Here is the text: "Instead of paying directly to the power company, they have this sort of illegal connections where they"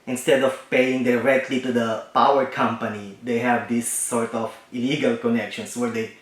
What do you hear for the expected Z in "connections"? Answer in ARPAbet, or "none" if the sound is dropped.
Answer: S